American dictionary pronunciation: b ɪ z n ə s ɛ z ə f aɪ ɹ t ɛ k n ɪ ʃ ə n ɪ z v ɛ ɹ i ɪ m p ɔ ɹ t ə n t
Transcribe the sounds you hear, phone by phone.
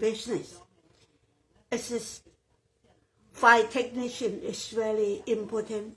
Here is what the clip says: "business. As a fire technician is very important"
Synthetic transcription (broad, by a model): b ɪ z n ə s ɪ s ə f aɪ t ɛ k n ɪ ʃ ə n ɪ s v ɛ l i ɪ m p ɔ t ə n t